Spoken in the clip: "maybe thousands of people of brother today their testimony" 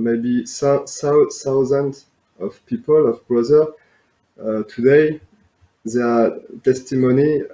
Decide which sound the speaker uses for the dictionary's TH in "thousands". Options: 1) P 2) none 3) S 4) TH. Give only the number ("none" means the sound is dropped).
3